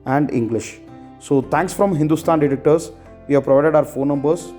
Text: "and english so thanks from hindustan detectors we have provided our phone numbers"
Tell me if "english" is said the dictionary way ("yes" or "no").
yes